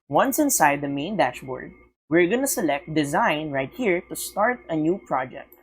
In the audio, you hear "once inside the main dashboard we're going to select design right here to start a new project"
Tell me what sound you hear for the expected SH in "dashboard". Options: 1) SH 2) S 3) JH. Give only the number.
1